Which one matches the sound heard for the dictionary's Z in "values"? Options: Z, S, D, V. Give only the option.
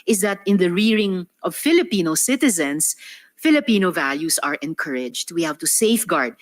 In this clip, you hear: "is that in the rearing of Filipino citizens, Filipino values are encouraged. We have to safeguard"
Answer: S